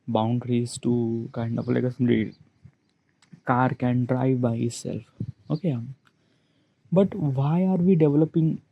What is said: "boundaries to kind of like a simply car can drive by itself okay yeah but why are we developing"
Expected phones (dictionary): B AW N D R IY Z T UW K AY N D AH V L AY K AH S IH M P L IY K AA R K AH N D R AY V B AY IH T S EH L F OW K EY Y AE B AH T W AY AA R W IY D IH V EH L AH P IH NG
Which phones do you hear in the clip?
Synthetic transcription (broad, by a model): B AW N D R IY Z T UW K AY N D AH P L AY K AH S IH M L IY K AA R K AH N D R AY V B AY IH T S EH L F OW K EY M B AH T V AY AA R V IY D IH V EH L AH P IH NG